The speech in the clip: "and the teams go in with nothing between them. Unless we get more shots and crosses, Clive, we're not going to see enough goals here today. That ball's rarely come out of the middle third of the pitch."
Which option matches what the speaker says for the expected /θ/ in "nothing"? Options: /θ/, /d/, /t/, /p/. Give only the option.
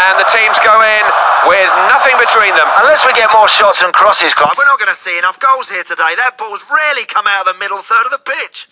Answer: /θ/